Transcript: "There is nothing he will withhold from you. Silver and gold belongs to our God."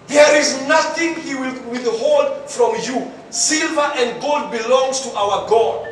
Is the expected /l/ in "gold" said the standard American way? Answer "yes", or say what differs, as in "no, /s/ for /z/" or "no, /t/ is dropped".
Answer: yes